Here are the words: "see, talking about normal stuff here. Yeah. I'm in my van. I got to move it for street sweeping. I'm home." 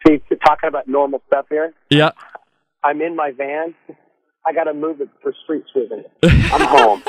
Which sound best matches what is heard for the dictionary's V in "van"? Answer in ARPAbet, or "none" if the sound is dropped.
V